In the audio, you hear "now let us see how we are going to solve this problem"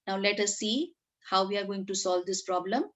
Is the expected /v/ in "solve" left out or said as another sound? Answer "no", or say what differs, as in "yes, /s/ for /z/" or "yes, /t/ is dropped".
no